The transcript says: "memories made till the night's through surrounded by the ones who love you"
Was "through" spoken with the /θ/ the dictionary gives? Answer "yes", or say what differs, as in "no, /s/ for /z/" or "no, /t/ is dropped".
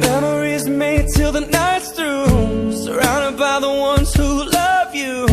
no, /t/ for /θ/